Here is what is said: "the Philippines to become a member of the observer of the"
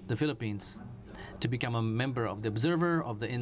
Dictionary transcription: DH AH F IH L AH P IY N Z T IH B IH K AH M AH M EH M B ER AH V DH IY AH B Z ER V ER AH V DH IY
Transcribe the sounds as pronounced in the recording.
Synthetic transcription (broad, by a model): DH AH F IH L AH P IY N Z T IH B IH K AH M AH M EH M B ER AH V DH IY AH B Z ER V ER AH V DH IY